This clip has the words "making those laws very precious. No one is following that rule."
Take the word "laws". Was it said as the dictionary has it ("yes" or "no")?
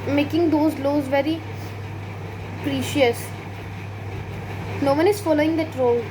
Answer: yes